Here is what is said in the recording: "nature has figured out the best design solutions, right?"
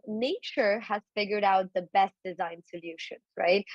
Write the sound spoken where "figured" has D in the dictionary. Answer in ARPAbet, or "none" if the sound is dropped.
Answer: D